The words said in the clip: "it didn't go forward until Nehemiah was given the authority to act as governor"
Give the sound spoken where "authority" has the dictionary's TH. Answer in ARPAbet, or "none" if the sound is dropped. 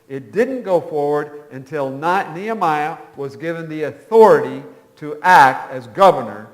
TH